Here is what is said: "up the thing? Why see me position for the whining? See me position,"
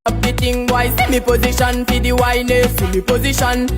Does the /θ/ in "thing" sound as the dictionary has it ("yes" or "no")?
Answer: no